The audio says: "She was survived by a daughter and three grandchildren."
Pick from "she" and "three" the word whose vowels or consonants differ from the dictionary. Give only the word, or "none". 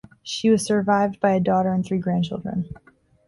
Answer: none